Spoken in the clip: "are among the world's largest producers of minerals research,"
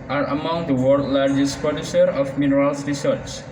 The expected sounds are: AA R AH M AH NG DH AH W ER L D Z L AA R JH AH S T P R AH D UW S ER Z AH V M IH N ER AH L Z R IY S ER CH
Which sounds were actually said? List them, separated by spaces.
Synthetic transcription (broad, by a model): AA R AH M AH NG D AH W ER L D L AA R JH AH S T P AH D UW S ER AH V M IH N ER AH L S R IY S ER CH